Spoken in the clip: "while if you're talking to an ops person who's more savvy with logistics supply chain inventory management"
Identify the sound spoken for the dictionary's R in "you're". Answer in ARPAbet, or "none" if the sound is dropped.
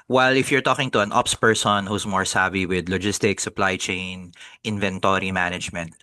R